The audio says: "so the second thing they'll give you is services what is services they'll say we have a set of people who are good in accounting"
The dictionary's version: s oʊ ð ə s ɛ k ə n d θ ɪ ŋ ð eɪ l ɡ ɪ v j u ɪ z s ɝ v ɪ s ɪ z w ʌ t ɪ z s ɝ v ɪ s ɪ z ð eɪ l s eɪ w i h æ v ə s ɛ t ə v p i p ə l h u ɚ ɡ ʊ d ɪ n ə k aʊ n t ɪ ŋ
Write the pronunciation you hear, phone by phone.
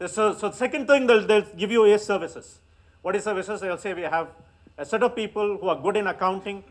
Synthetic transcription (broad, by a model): s oʊ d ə s ɛ k ə n d t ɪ ŋ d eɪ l ɡ ɪ v j u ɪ s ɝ v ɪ s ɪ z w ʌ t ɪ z s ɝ v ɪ s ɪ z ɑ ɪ l s eɪ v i h æ v ə s ɛ t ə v p i p ə l h u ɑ ɡ ʊ d ɪ n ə k aʊ n t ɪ ŋ